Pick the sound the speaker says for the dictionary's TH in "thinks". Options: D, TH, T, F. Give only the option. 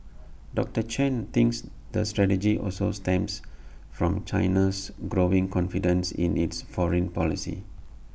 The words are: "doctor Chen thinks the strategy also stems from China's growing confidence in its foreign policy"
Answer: T